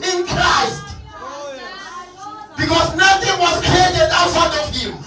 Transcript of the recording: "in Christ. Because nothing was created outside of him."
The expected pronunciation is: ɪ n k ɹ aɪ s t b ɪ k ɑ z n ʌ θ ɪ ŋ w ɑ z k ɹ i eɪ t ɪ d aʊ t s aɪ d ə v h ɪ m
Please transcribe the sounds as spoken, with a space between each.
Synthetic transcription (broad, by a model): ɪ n k ɹ aɪ s t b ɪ k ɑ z n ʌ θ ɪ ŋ w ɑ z k ɹ i eɪ t ɪ d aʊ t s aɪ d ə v h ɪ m